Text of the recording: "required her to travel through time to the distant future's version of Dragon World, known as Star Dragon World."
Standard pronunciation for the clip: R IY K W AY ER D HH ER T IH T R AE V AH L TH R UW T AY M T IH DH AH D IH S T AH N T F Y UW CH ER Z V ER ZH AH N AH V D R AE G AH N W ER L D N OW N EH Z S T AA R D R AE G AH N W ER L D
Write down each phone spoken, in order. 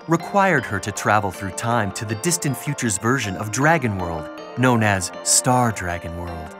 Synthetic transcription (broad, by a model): R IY K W AY ER D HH ER T IH T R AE V L TH R UW T AY M T IH DH AH D IH S T AH N T F Y UW CH ER Z V ER ZH AH N AH V D R AE G AH N W ER L D N OW N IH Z S T AA R D R AE G AH N W ER L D